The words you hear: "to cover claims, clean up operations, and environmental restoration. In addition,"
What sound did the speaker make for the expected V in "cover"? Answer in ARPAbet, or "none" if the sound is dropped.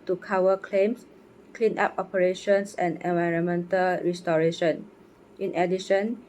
W